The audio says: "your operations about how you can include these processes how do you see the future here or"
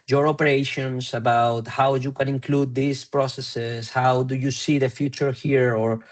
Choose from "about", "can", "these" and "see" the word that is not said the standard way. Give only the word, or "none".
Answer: these